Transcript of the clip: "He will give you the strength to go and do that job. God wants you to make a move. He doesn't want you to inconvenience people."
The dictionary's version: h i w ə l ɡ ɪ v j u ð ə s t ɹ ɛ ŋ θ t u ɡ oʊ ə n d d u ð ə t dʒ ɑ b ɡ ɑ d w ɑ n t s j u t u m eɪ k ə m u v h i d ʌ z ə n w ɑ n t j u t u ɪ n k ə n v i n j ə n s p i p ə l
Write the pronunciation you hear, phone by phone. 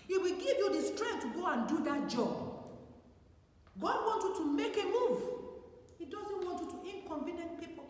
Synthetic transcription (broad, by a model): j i w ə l ɡ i v j u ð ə s t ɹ ɛ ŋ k t u ɡ oʊ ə n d d u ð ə t dʒ ɑ b ɡ ɑ d w ɑ n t j u t u m eɪ k ə m u v h i d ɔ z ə n w ɑ n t j u t u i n k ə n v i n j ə n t p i p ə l